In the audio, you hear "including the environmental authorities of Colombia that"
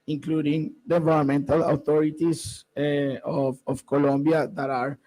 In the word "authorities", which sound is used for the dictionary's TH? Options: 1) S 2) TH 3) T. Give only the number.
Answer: 3